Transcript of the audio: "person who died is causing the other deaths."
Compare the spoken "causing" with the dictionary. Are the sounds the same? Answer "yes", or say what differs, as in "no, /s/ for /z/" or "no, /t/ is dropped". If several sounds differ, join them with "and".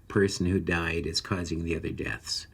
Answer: yes